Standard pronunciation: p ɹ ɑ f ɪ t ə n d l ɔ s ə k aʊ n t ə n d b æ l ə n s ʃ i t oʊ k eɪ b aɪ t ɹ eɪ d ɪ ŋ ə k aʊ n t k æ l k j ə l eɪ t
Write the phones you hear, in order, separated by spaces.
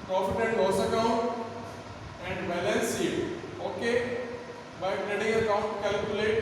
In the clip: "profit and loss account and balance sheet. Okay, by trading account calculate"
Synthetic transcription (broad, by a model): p ɹ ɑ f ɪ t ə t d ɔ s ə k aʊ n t ə n d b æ l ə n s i oʊ k eɪ b aɪ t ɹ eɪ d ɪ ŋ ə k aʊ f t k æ l k j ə l eɪ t